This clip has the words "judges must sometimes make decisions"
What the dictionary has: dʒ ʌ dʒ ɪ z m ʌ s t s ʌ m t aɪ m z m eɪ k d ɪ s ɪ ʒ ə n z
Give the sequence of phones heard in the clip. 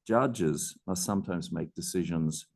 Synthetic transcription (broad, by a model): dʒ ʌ dʒ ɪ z m ʌ s t s ʌ m t aɪ m z m eɪ k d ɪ s ɪ ʒ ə n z